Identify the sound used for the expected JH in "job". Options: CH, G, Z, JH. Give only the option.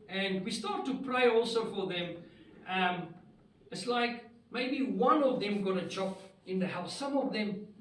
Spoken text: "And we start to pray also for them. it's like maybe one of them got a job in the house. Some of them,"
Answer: CH